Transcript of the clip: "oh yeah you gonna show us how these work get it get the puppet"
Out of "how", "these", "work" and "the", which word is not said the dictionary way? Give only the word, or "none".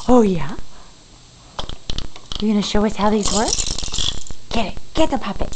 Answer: none